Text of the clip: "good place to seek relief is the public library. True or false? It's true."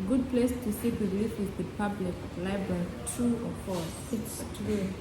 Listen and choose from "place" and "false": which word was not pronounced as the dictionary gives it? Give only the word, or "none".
false